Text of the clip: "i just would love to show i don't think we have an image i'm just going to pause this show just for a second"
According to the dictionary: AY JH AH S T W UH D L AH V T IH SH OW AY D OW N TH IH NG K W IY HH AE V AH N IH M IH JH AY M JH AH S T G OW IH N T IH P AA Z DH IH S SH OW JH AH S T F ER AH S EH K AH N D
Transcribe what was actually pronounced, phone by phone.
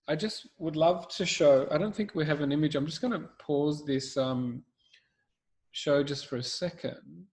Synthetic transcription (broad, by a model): AY JH AH S T W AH D L AH V T IH SH OW AY D OW N TH IH NG K W IY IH V AH N IH M IH JH AY M JH AH S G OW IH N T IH P AA Z DH IH S SH OW JH AH S T F ER AH S EH K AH N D